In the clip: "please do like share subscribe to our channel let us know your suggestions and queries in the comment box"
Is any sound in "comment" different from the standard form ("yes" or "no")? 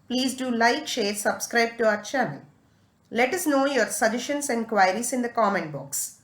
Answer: no